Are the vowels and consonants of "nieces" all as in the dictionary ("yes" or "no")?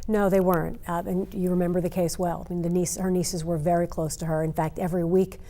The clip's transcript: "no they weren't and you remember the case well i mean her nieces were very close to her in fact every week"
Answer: yes